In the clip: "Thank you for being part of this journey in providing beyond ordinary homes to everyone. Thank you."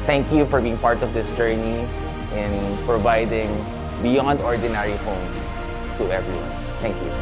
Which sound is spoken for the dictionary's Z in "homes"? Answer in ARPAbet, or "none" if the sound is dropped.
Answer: S